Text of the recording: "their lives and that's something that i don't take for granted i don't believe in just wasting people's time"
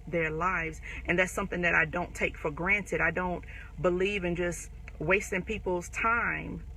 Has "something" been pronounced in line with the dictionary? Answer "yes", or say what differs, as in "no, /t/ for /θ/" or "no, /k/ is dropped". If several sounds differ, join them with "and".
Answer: yes